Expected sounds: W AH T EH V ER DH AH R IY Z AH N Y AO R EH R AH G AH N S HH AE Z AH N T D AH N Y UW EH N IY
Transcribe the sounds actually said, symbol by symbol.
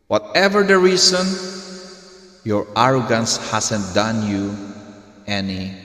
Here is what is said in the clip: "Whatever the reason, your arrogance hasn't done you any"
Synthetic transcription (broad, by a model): W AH T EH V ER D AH R IY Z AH N Y AO R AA R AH G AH N S HH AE S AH N T D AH N Y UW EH N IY